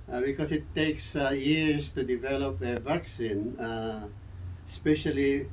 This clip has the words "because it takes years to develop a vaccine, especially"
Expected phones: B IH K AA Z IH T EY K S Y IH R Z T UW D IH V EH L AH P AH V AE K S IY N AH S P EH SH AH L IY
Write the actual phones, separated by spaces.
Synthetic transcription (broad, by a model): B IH K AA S IH T EY K S Y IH R S T UW D IH V EH L AH P AH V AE K S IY N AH S P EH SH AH L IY